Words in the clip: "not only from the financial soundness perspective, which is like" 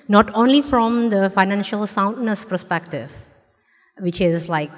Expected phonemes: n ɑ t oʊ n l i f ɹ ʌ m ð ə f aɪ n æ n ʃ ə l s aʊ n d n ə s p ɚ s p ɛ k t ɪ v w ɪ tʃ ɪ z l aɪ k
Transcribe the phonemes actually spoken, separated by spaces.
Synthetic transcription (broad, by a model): n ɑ t oʊ n l i f ɹ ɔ m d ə f aɪ n æ n ʃ ə l s aʊ n d n ə s p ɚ s p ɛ k t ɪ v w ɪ tʃ ɪ z l aɪ k